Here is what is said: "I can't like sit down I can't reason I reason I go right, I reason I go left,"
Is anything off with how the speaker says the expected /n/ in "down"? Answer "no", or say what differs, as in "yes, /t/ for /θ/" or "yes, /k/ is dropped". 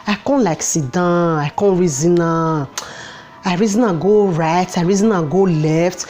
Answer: yes, /n/ is dropped